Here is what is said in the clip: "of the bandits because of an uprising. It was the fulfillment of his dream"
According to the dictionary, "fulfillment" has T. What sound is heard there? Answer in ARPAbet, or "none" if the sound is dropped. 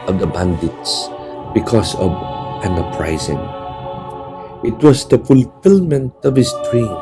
T